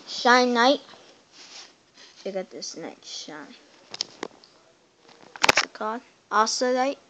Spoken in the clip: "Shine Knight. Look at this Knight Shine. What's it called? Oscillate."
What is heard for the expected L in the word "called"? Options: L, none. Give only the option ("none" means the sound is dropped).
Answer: none